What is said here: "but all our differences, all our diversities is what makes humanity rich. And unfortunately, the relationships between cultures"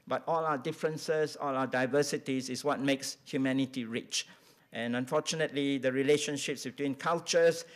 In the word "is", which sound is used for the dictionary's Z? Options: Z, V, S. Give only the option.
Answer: S